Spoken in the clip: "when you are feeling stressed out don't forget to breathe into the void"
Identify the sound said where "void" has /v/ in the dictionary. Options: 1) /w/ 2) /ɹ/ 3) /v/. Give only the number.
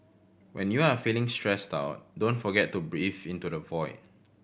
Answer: 3